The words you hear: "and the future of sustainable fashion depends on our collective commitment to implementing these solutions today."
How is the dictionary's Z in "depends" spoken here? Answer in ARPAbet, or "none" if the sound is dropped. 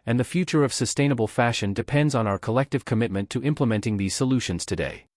Z